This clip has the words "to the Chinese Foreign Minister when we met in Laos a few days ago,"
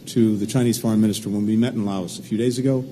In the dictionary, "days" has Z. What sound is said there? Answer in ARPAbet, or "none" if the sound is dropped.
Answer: Z